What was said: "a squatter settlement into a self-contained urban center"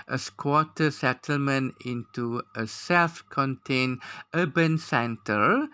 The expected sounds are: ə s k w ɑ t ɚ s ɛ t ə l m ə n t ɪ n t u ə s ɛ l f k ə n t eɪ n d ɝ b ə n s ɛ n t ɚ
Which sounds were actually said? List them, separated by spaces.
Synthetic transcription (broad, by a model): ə s k w ɑ t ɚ s ɛ t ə l m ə n ɪ n t u ə s ɛ l f k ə n t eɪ n ɝ b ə n s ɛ n t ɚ